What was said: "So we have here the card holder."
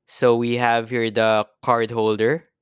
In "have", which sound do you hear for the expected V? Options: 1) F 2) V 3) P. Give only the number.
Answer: 2